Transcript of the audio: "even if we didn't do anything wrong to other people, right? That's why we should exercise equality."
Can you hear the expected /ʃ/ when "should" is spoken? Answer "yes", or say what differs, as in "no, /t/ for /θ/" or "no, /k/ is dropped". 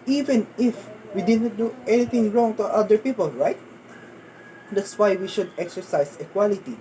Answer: yes